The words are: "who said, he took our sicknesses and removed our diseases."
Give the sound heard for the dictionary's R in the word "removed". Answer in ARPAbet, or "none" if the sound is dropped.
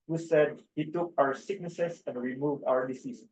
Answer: R